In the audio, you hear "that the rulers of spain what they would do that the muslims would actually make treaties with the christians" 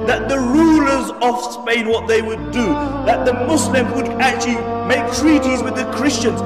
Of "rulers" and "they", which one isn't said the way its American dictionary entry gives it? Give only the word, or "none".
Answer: none